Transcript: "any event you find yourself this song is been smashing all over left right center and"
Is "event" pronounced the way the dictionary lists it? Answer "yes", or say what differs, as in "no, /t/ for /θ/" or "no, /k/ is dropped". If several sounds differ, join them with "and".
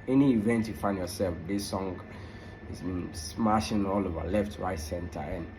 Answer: yes